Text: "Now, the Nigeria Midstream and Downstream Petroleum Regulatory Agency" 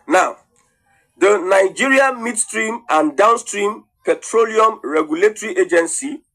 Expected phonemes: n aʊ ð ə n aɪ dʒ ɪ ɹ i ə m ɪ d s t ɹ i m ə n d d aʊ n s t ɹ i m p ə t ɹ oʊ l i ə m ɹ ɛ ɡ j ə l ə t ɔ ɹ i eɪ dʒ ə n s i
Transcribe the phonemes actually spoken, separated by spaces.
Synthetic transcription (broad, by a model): n aʊ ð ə n aɪ dʒ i ɹ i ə m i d s t ɹ i m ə n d d aʊ n s t ɹ i m p ə t ɹ oʊ l i ə m ɹ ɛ ɡ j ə l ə t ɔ ɹ i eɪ dʒ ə n s i